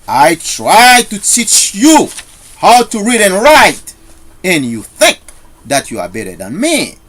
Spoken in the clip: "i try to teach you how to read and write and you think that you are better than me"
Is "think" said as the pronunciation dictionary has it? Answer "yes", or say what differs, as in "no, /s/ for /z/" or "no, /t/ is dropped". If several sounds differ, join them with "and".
yes